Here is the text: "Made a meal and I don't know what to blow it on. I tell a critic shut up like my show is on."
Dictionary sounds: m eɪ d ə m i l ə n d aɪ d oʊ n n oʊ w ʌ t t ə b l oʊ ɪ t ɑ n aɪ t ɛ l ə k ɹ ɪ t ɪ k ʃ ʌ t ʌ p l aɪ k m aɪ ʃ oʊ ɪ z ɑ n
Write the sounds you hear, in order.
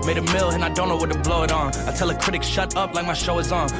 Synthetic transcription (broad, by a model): m eɪ d ə m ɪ l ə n aɪ d oʊ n n oʊ w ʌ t t ə b l oʊ ɪ t n aɪ t ɛ l ə k ɹ ɪ t ɪ k ʃ ʌ t ʌ p l aɪ k m aɪ ʃ oʊ ɪ z n